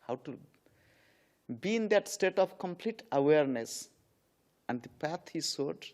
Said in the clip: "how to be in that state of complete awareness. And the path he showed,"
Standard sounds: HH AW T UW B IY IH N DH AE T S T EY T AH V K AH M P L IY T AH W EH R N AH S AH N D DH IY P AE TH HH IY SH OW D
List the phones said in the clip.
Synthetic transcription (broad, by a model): HH AW T UW B IY IH N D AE T S T EY T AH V K AH M P L IY T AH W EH R N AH S AH N D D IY P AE T HH IY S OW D